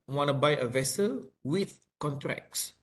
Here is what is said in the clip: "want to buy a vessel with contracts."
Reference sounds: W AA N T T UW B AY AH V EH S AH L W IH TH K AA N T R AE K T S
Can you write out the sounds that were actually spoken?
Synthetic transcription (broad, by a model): W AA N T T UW B AY AH V EH S AH L W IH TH K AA N T R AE K S